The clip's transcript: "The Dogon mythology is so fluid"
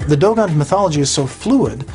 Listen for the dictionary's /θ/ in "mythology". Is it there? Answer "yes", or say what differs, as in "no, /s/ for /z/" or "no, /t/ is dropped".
yes